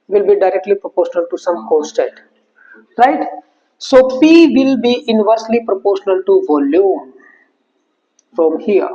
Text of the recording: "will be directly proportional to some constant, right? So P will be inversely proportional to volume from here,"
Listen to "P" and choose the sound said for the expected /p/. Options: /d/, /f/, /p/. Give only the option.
/f/